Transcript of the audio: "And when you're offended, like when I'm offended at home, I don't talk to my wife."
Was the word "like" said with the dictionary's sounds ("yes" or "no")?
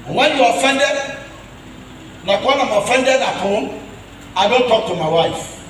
no